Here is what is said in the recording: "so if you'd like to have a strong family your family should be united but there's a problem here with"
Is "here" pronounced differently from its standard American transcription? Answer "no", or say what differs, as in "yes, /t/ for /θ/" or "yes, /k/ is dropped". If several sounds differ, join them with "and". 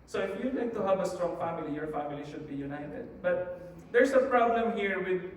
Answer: no